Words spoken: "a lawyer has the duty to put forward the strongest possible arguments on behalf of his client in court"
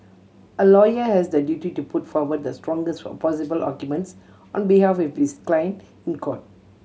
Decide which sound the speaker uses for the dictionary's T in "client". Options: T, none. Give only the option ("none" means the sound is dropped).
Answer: none